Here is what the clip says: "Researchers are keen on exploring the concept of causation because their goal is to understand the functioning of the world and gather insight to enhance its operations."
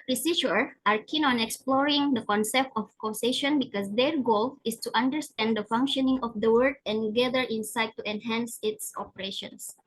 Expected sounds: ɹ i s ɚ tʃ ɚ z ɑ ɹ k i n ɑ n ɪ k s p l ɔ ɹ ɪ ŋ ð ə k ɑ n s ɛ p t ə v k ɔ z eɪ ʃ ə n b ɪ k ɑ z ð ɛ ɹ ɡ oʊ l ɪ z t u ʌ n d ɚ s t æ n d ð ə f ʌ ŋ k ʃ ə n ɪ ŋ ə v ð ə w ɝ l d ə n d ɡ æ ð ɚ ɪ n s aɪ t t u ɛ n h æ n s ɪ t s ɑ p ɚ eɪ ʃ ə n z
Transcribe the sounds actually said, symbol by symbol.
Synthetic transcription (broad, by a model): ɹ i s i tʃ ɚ ɑ ɹ k i n ɑ n ɪ k s p l ɔ ɹ ɪ ŋ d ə k ɑ n s ɛ p t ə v k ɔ s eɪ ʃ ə n b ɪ k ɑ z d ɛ ɹ ɡ oʊ l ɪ s t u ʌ n d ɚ s t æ n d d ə f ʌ ŋ k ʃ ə n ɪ ŋ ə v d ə w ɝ d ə n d ɡ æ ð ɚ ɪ n s aɪ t t u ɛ n h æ n s ɪ t s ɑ p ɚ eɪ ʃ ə n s